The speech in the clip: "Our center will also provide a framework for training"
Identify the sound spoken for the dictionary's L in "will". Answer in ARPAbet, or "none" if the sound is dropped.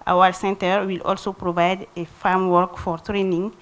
L